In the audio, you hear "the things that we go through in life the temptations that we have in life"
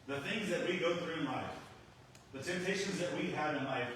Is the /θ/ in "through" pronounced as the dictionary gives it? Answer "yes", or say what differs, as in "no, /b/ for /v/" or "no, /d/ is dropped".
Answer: yes